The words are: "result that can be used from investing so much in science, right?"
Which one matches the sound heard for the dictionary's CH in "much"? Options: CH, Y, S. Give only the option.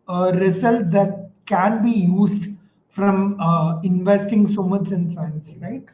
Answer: S